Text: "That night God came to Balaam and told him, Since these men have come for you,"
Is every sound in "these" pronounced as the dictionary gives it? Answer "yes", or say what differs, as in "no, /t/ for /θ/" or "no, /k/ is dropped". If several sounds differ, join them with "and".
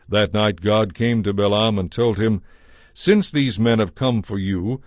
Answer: yes